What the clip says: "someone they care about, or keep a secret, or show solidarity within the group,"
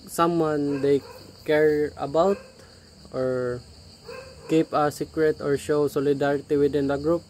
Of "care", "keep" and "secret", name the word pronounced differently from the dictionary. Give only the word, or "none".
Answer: none